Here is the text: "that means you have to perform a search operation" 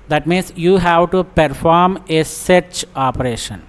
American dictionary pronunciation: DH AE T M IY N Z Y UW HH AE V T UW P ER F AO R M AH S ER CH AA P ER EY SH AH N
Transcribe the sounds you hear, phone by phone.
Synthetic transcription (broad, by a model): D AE T M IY N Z Y UW HH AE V T UW P ER F AO R M AH S ER CH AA P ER EY SH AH N